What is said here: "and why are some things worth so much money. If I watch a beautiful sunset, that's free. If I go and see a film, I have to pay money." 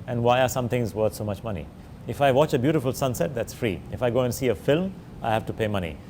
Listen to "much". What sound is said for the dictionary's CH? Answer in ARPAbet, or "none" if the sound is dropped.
CH